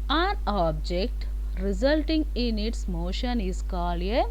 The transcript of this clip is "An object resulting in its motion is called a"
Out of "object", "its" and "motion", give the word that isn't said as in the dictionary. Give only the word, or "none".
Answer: none